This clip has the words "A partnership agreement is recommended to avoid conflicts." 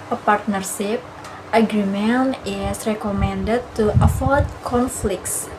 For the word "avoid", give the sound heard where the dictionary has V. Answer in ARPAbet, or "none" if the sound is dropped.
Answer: F